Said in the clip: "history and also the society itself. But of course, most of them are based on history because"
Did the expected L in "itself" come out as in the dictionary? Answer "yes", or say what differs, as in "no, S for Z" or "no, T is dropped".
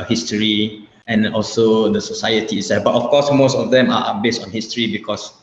no, L is dropped